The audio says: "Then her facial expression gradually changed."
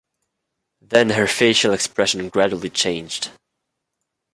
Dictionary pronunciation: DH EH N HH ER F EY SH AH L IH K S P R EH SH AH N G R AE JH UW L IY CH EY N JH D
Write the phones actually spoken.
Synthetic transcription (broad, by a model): DH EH N HH ER F EY SH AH L IH K S P R EH SH AH N G R AE JH UW L IY CH EY N JH D